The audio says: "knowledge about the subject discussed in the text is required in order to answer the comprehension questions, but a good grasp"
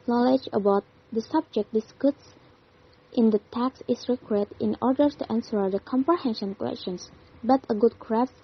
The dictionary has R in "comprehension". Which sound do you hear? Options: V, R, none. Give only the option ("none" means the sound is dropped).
R